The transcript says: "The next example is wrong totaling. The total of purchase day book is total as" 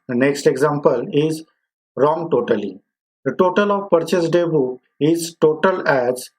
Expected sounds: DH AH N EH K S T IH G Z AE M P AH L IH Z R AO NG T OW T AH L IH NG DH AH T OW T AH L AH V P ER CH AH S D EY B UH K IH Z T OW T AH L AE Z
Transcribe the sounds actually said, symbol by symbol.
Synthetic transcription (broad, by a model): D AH N EH K S T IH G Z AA M P AH L IH Z R AO NG T OW T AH L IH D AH T OW T AH L AH V P ER CH AH S D EY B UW IH Z T OW T AH L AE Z